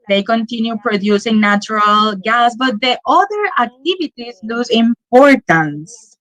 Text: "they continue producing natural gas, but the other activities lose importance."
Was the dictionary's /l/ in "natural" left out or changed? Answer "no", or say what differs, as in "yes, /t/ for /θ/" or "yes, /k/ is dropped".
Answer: no